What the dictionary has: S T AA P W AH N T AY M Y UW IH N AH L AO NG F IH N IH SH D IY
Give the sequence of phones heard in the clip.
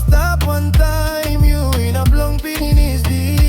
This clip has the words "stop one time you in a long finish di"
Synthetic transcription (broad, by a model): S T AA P W AH N T AY M Y UW IH N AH L AO NG P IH N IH S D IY